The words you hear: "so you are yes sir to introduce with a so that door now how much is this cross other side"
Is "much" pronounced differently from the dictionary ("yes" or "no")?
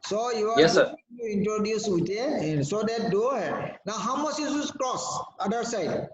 yes